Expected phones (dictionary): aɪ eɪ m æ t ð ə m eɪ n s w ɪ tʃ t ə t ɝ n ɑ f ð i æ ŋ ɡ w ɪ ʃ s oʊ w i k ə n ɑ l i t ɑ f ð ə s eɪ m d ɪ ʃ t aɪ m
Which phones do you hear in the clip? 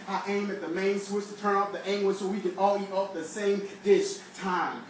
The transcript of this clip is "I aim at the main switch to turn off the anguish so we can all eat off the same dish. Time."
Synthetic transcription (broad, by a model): aɪ eɪ m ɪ t ð ə m eɪ n s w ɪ s t ə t ɝ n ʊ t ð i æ ŋ ɡ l s oʊ w i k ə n ɑ l i t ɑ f ð ə s eɪ m d ɪ ʃ t aɪ m